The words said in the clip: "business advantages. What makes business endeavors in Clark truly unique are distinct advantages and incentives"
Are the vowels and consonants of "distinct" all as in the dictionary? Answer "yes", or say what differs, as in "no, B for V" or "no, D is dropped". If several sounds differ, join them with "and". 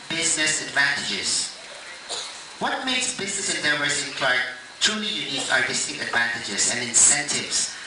no, NG is dropped and T is dropped